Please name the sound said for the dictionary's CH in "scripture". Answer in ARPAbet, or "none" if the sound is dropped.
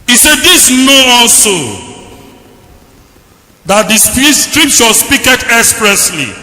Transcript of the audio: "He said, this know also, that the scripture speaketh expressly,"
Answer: SH